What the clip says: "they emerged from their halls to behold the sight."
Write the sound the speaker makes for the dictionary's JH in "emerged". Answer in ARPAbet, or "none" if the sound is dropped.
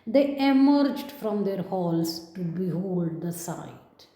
JH